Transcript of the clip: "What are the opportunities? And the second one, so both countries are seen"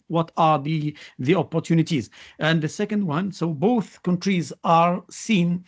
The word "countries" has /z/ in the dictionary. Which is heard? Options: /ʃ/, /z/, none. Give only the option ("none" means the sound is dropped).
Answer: /z/